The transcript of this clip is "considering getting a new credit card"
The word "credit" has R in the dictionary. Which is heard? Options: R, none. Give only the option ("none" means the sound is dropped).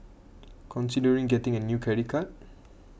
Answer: none